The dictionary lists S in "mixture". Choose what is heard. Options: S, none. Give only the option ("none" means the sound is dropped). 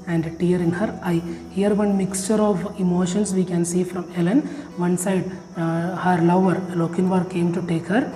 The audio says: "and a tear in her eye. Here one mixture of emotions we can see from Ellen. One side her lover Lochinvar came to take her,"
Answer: S